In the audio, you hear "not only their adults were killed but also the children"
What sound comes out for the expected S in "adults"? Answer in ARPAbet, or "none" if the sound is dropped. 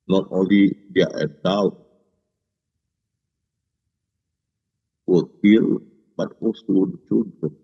none